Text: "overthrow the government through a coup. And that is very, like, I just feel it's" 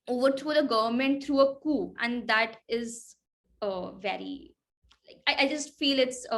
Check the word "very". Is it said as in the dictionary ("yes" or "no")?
yes